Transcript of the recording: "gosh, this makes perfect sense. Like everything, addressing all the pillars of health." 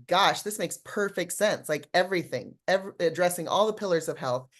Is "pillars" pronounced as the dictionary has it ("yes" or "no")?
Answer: yes